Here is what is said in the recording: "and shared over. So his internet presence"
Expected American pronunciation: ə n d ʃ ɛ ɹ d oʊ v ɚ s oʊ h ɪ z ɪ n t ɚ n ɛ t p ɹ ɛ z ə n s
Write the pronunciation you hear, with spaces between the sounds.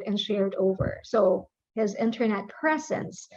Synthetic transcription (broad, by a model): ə n ʃ ɛ ɹ d oʊ v ɚ s oʊ h ɪ z ɪ n t ɚ n ɛ t p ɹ ɛ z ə n s